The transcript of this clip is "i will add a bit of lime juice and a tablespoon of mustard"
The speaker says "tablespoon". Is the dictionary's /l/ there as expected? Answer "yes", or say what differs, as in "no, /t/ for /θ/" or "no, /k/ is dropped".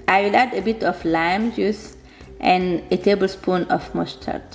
yes